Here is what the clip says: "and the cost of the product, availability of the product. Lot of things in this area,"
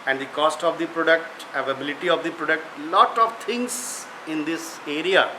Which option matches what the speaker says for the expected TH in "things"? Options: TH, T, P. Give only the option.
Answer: T